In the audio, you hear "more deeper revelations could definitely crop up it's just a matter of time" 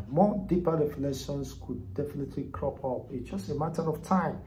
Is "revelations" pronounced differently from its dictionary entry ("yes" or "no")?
yes